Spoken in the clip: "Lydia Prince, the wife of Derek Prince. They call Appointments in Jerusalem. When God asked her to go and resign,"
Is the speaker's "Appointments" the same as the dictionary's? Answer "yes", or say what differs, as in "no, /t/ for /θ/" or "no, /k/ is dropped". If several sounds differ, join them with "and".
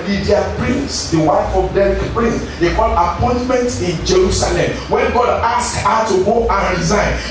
no, /s/ is dropped